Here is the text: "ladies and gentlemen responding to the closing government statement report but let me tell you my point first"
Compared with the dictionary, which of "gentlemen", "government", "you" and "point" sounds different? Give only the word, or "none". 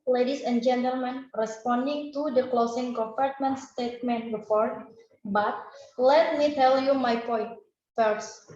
government